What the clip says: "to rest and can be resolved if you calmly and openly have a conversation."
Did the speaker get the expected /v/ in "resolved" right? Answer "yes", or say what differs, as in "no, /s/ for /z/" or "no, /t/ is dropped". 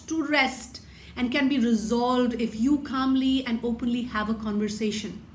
yes